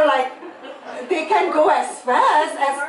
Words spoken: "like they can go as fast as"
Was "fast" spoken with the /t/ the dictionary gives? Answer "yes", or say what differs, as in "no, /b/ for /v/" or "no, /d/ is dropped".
no, /t/ is dropped